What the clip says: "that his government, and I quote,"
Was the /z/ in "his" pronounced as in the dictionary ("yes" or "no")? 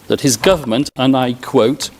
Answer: yes